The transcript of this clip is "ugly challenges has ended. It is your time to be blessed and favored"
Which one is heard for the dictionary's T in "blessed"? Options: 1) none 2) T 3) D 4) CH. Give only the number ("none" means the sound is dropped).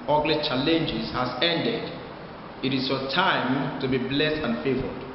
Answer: 2